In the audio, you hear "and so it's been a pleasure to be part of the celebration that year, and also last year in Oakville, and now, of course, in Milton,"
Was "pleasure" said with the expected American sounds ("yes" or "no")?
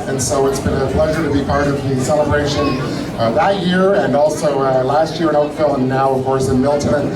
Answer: yes